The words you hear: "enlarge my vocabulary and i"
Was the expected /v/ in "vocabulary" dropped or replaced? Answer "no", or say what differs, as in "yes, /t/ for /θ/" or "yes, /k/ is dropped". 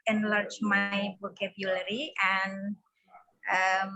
yes, /b/ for /v/